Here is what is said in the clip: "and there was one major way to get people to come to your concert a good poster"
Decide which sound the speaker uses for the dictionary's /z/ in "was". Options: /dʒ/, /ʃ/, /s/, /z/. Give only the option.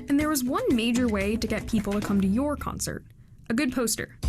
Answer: /z/